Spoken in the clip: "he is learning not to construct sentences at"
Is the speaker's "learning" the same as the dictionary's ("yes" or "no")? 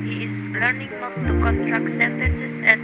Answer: yes